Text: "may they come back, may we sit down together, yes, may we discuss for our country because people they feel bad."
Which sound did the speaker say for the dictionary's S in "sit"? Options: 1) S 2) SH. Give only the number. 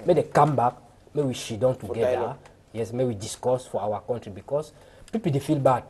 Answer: 2